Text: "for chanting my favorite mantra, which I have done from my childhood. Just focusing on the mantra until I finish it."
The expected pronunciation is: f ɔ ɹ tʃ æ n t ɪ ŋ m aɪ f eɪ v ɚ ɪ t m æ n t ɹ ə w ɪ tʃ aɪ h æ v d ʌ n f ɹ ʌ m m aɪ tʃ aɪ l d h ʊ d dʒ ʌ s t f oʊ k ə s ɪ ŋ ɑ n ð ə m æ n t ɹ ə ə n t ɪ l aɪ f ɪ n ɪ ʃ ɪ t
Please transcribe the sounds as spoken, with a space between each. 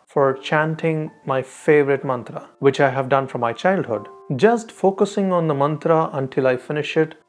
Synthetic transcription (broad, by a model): f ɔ ɹ tʃ æ n t ɪ ŋ m aɪ f eɪ v ɚ ɪ t m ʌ n t ɹ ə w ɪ tʃ aɪ h æ v d ʌ n f ɹ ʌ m m aɪ tʃ aɪ l d h ʊ d dʒ ʌ s t f oʊ k ə s ɪ ŋ ɑ n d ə m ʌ n t ɹ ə ə n t ɪ l aɪ f ɪ n ɪ ʃ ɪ t